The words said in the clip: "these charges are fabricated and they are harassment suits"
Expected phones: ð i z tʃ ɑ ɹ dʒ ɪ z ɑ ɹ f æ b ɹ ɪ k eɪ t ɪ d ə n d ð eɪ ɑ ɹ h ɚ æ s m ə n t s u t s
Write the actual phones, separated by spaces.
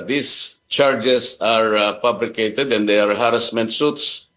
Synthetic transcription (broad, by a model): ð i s tʃ ɑ ɹ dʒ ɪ s ɑ ɹ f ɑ b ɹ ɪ k eɪ t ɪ d ə n d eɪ ɑ ɹ h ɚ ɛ s m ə n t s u t s